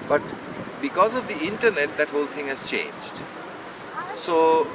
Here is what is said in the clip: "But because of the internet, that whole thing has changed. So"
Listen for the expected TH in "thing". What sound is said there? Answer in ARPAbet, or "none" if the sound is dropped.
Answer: T